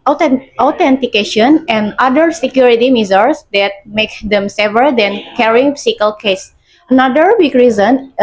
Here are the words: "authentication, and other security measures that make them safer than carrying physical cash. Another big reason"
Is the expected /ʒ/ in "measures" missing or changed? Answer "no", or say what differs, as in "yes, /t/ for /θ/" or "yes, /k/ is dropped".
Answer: yes, /z/ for /ʒ/